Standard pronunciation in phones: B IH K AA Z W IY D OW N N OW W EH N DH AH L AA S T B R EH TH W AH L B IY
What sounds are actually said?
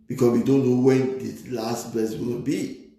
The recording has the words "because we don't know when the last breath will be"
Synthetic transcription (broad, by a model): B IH K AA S W IY D OW N N OW W EH N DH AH L AA S T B EH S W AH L B IY